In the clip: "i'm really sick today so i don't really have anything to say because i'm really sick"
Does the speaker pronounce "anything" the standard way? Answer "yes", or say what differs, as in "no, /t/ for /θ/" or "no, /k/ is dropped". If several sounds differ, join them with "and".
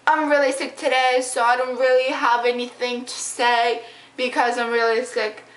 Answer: yes